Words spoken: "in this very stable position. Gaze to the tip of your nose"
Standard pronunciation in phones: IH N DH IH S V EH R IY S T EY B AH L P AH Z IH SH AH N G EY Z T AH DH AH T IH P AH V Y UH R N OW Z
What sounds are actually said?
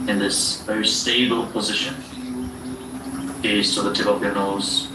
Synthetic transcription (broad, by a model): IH N DH IH S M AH IY S T EY B AH L P AH Z IH SH AH N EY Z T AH DH AH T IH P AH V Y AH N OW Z